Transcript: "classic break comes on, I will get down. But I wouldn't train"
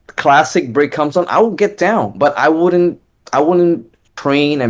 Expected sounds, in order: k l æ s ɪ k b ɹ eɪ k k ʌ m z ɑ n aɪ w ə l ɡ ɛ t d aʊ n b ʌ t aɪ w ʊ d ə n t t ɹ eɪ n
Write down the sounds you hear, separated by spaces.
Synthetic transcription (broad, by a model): k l æ s ɪ k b ɹ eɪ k k ʌ m z n aɪ w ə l ɡ ɛ t d aʊ n b ʌ t aɪ w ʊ d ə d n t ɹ eɪ n